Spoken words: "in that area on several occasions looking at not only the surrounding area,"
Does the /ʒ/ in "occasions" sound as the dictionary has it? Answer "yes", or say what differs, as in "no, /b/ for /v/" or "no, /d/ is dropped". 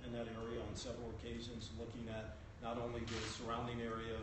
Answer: yes